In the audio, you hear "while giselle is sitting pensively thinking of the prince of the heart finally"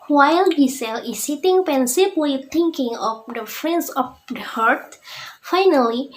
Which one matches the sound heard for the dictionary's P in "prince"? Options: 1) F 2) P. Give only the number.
1